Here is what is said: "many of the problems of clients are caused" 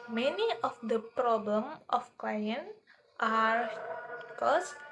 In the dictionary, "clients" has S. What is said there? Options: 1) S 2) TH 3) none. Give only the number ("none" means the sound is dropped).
3